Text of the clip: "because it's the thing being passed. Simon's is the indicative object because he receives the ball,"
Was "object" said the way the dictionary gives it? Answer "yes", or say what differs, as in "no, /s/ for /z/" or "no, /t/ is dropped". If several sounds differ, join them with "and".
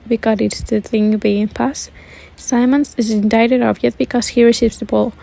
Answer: no, /k/ is dropped